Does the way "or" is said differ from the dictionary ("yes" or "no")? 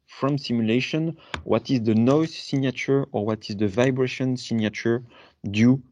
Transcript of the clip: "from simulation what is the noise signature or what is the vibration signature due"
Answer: no